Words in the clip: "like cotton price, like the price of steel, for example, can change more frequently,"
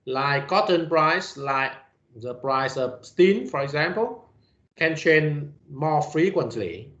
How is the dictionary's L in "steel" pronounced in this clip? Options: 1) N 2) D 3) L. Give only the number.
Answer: 1